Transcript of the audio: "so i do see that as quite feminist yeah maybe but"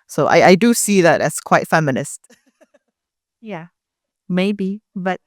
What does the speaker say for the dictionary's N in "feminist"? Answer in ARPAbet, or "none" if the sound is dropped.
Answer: N